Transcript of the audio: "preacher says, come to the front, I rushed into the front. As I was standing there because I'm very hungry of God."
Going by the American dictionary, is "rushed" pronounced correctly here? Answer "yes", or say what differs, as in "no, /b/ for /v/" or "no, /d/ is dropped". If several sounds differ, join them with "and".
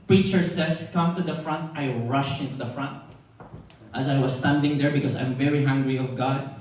no, /t/ is dropped